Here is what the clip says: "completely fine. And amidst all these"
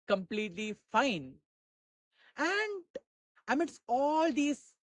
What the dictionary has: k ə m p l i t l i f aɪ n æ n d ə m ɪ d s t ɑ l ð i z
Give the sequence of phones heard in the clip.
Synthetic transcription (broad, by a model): k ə m p l i t l i f aɪ n æ n d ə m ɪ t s ɑ l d i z